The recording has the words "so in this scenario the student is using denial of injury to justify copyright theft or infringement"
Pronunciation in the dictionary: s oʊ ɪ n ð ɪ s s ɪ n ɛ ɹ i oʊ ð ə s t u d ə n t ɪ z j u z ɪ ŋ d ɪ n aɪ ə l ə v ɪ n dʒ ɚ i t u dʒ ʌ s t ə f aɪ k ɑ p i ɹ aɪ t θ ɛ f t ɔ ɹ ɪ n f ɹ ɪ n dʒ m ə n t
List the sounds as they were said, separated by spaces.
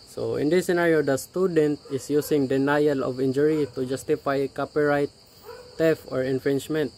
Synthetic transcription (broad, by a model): s oʊ ɪ n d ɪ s s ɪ n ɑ ɹ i oʊ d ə s t u d ə n t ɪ s j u s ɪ ŋ d ɪ n aɪ ə l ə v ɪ n dʒ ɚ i t u dʒ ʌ s t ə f aɪ k ɑ p i ɹ aɪ t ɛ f ɔ ɹ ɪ n f ɹ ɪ n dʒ m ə n t